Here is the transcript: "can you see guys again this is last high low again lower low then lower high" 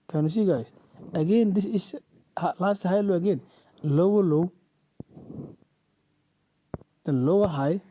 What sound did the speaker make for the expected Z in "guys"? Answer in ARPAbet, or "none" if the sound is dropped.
S